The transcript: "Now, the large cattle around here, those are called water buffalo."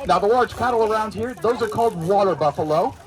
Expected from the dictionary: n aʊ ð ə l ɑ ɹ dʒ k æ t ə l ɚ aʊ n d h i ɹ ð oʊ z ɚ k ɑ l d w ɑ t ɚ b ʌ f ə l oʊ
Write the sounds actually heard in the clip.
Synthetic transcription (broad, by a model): n aʊ ð ə w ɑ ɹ z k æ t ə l ɚ aʊ n d h i ɹ ð oʊ z ɚ k ɑ l d w ɑ t ɚ b ʌ f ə l oʊ